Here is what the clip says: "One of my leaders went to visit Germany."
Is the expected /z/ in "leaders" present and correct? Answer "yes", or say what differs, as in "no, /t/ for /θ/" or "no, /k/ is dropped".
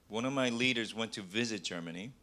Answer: yes